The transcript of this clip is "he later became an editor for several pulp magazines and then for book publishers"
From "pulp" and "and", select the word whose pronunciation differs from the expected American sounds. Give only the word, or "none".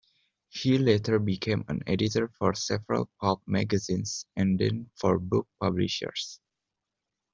pulp